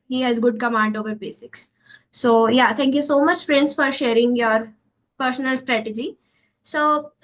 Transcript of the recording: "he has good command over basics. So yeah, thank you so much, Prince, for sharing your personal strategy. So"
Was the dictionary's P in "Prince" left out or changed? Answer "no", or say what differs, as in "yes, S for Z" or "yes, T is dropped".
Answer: yes, F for P